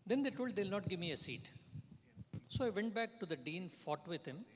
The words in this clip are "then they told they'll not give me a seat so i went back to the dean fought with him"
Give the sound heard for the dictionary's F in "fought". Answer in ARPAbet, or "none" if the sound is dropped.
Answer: F